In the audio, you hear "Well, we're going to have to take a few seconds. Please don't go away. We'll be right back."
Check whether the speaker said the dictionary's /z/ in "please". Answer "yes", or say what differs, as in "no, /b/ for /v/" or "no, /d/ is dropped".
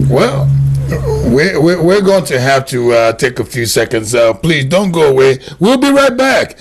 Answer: yes